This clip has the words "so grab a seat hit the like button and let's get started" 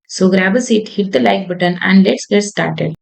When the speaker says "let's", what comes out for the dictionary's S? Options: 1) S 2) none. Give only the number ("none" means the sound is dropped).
1